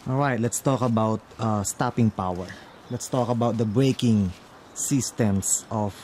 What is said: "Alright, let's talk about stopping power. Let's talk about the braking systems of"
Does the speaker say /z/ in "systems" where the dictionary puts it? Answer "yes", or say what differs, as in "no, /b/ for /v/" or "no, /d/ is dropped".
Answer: no, /s/ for /z/